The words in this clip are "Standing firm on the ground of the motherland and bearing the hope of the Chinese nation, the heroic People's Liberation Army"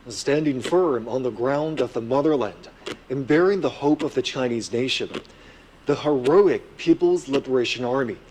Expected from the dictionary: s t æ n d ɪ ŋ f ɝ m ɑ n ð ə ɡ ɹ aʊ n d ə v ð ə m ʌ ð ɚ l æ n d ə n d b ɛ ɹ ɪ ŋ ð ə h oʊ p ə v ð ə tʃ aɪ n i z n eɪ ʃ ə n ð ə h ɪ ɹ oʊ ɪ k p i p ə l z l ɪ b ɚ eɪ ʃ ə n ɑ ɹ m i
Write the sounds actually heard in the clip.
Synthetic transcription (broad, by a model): s t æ n d ɪ ŋ f ɝ m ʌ n ð ə ɡ ɹ aʊ n d ə v ð ə m ʌ ð ɚ l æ n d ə n b ɛ ɹ ɪ ŋ ð ə h oʊ p ə v ð ə tʃ aɪ n i z n eɪ ʃ ə n ð ə h ɪ ɹ oʊ ɪ k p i p l z l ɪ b ɚ eɪ ʃ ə n ɑ ɹ m i